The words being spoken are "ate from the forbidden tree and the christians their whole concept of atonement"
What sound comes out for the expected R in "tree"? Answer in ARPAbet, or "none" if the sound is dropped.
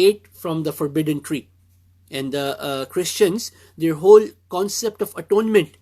R